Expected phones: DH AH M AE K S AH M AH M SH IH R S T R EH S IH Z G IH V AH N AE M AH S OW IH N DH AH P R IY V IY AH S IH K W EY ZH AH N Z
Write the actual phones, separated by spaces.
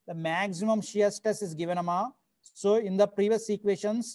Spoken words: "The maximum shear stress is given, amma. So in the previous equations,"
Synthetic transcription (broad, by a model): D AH M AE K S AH M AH M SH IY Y S T EH S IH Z G IH V AH N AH M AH S OW IH N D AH P R IY V IY AH S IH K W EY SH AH N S